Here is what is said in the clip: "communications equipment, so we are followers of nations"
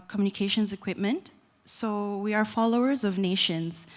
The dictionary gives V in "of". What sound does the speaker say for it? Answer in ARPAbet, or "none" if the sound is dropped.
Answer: V